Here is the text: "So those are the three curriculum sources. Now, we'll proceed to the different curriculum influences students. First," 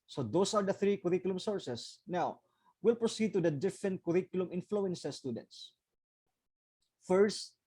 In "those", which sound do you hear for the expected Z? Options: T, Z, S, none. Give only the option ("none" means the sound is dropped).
S